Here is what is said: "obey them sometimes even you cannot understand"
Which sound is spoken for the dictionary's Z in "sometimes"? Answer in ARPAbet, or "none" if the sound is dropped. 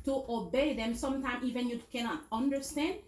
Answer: none